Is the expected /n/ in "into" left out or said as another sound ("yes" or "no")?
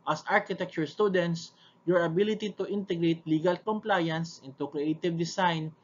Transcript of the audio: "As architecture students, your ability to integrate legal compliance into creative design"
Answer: no